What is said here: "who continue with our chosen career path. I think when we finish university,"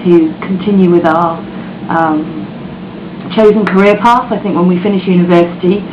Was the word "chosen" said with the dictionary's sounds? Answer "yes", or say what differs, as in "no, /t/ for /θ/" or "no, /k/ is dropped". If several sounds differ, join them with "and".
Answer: yes